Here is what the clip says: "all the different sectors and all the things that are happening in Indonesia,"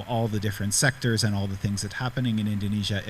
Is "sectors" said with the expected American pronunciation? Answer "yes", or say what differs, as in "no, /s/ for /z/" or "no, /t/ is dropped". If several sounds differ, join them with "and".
yes